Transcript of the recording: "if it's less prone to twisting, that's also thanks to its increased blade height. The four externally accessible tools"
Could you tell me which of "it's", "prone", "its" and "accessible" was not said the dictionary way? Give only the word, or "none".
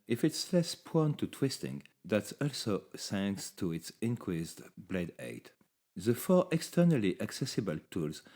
prone